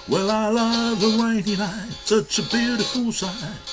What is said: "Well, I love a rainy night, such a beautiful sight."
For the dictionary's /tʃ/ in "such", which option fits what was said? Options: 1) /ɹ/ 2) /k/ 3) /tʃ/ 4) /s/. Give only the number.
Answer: 4